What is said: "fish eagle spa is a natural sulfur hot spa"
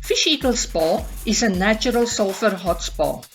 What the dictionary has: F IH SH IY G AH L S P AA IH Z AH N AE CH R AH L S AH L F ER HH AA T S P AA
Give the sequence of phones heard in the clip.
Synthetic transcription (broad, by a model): F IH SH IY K AH L S P AA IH S AH N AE CH R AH L S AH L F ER HH AA T S P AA